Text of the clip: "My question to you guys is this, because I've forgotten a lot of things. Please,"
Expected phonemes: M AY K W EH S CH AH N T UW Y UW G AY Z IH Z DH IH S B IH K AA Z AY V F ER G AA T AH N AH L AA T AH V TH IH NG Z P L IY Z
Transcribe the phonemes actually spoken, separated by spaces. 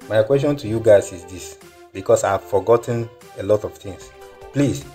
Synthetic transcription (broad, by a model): M AY K W EH S CH AH N T UW Y UW G AY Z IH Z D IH S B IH K AA S AY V F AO G AA T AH N AH L AA T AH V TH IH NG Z P L IY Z